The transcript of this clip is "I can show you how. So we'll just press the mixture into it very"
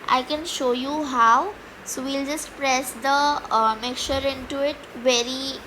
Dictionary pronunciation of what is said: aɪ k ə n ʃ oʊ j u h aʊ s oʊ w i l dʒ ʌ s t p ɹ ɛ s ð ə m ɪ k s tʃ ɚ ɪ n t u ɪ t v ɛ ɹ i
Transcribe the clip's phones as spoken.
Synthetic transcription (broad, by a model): aɪ k ə n ʃ oʊ j u h aʊ s oʊ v i l dʒ ʌ s t p ɹ ɛ s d ə m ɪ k tʃ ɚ ɪ n t u ɪ t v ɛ ɹ i